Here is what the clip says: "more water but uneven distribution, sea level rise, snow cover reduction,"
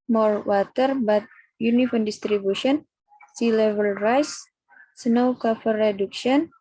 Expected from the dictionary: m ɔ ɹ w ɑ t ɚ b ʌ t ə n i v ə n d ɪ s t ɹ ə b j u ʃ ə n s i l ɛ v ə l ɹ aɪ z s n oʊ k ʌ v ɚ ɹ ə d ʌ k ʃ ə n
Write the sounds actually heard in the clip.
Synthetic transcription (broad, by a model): m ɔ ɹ w ɑ t ɚ b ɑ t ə n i f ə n d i s t ɹ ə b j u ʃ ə n s i l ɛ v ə l ɹ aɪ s s n oʊ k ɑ f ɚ ɹ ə d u k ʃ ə n